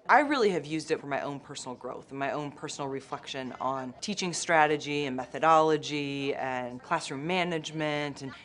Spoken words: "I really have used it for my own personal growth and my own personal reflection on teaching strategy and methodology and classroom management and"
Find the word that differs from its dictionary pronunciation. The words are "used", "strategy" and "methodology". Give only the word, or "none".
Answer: none